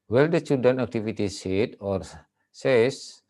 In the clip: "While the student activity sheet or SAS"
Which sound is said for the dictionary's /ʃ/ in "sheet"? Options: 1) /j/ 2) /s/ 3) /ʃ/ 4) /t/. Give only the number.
2